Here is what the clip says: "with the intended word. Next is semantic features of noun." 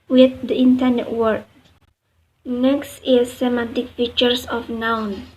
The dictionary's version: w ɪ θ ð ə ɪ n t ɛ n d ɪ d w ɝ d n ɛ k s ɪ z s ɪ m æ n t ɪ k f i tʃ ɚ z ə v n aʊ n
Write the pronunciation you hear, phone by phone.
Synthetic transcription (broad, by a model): w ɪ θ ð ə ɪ n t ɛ n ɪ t w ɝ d n ɛ k s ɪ s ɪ m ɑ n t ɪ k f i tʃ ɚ s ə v n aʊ n